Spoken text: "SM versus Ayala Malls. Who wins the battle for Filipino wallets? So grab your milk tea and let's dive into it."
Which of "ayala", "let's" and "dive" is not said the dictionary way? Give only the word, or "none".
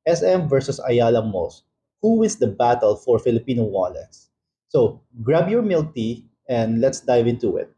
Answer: none